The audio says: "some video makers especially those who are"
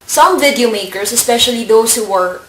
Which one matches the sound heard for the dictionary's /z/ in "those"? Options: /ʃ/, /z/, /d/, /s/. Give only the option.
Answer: /s/